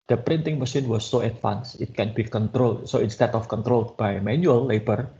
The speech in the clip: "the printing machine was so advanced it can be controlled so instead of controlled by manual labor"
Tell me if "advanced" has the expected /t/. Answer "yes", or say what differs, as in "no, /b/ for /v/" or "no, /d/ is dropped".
no, /t/ is dropped